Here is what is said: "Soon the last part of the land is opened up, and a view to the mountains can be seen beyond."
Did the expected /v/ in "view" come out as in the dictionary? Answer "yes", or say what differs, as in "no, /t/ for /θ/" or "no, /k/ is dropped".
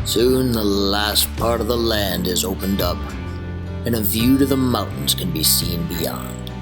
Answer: yes